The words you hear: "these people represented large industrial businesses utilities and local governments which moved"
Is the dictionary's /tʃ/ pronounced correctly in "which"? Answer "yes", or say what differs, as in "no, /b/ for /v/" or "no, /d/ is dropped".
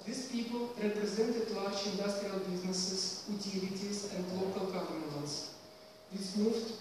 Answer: no, /s/ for /tʃ/